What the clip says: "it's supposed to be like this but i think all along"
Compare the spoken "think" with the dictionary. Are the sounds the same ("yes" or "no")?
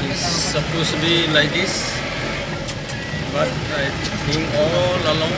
no